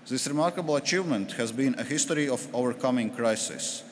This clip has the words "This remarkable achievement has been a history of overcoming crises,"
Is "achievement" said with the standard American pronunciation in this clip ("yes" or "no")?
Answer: yes